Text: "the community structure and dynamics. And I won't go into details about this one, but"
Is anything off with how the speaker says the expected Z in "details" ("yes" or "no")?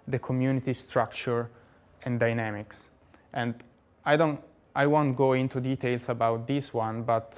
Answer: yes